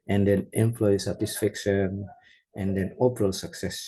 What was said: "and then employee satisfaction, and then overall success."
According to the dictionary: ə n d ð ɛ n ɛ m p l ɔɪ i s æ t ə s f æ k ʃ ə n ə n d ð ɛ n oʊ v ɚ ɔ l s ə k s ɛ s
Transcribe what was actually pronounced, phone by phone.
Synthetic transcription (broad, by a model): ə n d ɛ n ɛ m p l ɔɪ i s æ t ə s f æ k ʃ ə n ə n d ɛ n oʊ p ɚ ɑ l s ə k s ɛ s